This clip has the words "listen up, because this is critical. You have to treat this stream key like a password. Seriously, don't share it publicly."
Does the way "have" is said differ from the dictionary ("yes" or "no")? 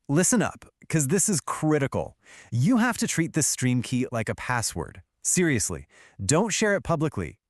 yes